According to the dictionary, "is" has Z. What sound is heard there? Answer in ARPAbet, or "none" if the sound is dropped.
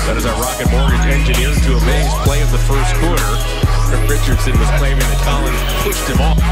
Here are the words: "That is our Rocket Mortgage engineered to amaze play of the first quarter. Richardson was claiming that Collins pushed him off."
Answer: Z